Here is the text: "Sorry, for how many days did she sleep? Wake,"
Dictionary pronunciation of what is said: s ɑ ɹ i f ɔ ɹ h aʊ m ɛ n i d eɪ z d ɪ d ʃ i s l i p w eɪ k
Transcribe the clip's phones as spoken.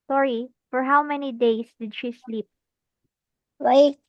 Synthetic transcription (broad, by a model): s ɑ ɹ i f ɔ ɹ h aʊ m ɛ n i d eɪ s d ɪ d ʃ i s l i p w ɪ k